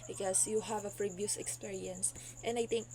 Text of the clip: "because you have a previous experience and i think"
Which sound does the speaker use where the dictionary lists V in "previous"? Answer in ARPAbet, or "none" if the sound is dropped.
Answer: B